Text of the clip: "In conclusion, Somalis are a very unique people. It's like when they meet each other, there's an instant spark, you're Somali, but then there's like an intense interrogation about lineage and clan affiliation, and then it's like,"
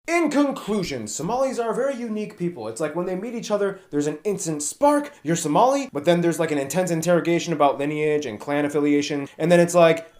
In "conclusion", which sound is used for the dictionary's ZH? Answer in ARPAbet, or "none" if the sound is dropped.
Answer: ZH